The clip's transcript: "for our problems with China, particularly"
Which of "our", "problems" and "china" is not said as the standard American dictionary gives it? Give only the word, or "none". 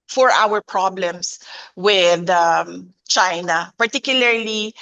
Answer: problems